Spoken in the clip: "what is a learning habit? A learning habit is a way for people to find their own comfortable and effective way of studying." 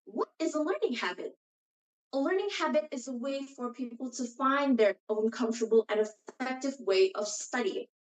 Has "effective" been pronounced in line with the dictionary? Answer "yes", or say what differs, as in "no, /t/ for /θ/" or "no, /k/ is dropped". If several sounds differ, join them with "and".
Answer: yes